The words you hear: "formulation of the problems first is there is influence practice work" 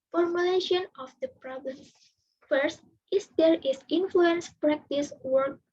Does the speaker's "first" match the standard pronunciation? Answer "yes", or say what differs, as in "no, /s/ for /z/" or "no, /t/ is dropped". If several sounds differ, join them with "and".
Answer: yes